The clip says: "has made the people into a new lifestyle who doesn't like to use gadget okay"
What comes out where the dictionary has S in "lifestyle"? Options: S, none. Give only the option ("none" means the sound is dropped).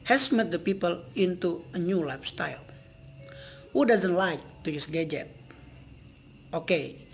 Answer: S